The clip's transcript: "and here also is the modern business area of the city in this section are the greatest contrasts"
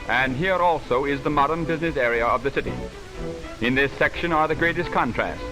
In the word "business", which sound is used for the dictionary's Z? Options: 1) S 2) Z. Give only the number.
2